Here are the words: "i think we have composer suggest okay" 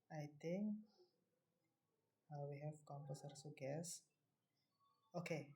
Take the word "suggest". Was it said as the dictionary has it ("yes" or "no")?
no